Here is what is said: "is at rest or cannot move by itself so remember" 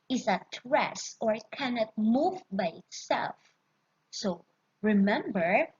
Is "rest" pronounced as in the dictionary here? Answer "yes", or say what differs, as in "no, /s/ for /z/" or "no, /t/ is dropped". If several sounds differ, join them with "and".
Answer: no, /t/ is dropped